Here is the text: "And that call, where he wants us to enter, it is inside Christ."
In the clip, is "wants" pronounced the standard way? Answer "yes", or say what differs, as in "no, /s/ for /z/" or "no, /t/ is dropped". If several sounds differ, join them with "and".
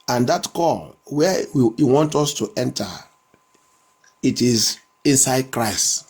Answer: no, /s/ is dropped